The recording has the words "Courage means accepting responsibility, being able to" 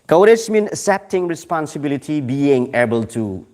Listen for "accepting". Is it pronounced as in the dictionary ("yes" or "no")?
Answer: no